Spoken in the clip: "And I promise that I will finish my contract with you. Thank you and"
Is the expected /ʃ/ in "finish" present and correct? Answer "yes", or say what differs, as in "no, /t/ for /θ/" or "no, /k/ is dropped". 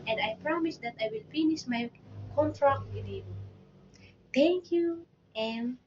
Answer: no, /s/ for /ʃ/